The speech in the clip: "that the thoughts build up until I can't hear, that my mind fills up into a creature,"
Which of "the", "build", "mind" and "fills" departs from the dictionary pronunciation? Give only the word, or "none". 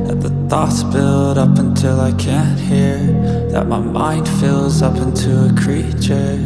none